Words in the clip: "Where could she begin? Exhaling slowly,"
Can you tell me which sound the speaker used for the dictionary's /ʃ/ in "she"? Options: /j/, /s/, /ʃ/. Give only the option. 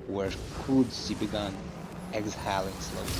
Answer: /s/